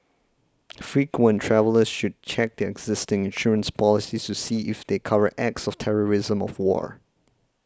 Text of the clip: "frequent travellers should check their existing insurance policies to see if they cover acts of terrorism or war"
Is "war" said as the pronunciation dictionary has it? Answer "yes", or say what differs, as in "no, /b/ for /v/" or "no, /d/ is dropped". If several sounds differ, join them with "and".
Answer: yes